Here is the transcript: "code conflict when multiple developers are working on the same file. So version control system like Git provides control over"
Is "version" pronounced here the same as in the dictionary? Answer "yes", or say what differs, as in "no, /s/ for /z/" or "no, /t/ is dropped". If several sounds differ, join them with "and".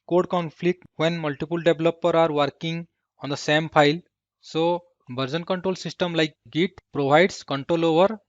no, /b/ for /v/